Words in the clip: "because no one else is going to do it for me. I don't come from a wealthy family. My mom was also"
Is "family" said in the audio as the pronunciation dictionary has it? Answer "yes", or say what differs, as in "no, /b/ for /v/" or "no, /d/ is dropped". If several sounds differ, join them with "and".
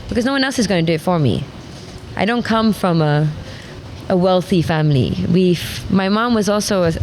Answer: no, /w/ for /l/